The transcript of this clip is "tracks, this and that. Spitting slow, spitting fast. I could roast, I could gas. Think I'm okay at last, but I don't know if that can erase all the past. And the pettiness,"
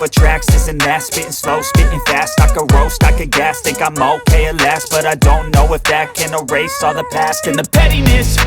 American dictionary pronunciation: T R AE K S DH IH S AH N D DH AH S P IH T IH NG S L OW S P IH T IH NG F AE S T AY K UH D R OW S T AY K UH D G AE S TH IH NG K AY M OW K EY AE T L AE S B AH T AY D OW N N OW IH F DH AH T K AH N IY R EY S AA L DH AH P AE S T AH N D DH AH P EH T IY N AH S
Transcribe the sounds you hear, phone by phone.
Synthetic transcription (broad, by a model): T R AE K S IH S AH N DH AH S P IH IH S L OW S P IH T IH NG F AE S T AY K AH R OW S T AY K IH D G AE S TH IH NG K AY M OW K EY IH L AE S B AH T AY D OW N N OW IH F DH AH T K AH N IY R EY S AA DH AH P AE S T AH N DH AH P EH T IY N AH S